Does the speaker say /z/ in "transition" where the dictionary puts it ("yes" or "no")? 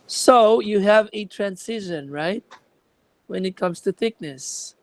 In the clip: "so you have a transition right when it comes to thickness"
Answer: no